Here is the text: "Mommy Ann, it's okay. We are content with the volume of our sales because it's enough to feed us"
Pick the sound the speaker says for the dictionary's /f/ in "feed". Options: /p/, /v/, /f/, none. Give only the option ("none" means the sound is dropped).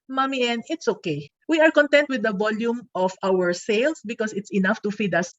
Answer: /f/